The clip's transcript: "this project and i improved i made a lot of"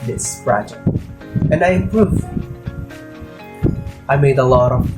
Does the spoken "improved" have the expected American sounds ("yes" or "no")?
no